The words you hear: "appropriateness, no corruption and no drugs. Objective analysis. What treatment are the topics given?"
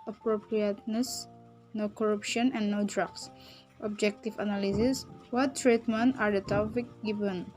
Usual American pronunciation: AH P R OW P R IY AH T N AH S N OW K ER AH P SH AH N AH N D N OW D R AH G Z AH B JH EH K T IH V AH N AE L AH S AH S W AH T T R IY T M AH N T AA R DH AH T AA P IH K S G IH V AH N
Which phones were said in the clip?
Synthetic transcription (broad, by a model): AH P R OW P R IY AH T N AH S N OW K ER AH P SH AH N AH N N OW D R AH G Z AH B JH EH K T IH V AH N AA L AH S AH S W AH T T R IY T M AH N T AA R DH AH T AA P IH K G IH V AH N